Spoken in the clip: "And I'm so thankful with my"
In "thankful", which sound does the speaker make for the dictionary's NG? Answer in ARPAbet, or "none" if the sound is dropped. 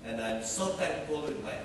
none